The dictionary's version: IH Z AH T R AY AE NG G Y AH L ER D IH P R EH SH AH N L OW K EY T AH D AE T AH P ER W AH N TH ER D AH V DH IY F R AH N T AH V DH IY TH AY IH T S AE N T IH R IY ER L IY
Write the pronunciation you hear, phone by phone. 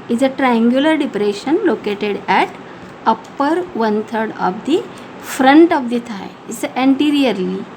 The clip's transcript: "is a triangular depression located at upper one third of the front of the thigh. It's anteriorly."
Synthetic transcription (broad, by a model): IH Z AH T R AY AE NG G Y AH L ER D IH P R EH SH AH N L OW K EY T AH D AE T AH P ER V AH N T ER D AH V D IY F R AH N T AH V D IY T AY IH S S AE N T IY R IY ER L IY